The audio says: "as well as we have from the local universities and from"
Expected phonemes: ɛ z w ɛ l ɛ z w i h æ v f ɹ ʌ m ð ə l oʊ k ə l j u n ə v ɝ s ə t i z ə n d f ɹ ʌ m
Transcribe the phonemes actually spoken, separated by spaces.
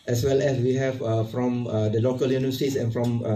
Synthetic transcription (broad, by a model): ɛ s w ɛ l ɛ s w i h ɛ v f ɹ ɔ m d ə l oʊ k ə l j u n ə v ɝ s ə t i s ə n f ɹ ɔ m